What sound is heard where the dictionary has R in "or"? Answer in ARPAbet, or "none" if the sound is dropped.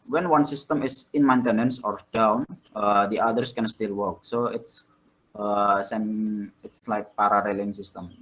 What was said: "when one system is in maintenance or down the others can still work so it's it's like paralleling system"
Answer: R